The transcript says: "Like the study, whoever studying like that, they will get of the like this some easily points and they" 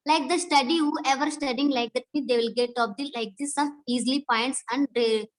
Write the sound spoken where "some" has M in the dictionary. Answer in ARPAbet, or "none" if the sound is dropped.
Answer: none